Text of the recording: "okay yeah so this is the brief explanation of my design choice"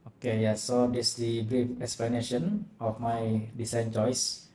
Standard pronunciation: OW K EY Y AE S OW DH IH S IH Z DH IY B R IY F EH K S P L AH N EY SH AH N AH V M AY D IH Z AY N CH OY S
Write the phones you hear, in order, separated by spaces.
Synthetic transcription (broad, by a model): OW K EY Y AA S OW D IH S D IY B R IY F EH K S P L AH N EY SH AH N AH F M AY D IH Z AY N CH OY S